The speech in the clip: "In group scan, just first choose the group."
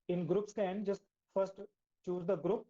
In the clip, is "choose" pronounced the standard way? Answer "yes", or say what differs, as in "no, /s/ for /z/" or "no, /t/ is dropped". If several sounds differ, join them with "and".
yes